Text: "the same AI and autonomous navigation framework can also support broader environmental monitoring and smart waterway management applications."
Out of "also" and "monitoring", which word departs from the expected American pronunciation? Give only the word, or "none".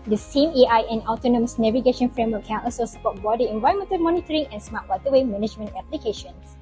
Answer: also